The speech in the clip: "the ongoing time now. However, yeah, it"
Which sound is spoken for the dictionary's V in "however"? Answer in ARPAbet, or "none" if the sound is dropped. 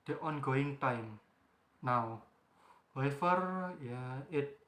F